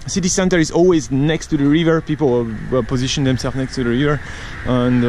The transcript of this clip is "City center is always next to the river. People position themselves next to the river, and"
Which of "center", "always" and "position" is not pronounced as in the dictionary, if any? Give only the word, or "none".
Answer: none